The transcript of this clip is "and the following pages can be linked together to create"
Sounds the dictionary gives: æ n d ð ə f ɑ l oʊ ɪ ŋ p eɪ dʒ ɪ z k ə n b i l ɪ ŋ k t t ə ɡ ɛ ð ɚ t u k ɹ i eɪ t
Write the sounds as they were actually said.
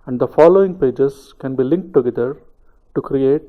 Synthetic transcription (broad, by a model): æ n d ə f ɑ l oʊ ɪ ŋ p eɪ dʒ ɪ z k ə n b i l ɪ ŋ k t t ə ɡ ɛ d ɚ t u k ɹ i eɪ t